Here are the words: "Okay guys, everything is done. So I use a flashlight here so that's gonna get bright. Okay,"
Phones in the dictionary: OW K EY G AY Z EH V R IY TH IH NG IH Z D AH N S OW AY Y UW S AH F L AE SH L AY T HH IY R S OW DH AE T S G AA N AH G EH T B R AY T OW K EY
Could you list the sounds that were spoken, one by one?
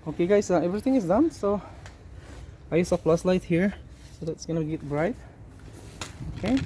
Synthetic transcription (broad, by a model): OW K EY G AY S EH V R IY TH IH NG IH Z D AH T S OW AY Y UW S AH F L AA S L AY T HH IY R S OW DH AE T S G AA N AH G EH T B R AY T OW K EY